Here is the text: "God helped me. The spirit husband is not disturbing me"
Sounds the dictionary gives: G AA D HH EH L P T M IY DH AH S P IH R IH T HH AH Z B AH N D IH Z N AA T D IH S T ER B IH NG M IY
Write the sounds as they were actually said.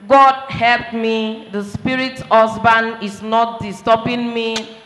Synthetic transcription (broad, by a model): G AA D HH EH L P T M IY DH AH S P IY R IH T HH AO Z B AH N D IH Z N AA T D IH S T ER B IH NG M IY